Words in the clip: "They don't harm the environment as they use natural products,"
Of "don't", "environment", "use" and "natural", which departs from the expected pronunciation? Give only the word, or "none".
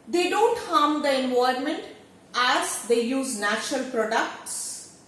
environment